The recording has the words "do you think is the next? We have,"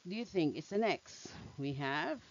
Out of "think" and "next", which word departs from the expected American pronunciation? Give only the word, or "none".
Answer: none